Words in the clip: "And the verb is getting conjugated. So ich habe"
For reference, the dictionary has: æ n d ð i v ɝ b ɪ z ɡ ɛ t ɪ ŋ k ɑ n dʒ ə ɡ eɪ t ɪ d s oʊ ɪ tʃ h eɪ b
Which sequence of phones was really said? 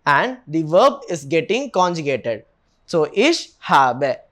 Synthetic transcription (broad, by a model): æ n d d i v ɝ b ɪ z ɡ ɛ t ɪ ŋ k ɑ n dʒ ə ɡ eɪ t ɪ d s oʊ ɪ ʃ h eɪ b